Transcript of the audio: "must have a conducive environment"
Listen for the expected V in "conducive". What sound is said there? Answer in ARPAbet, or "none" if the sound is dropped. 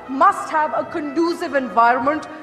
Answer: V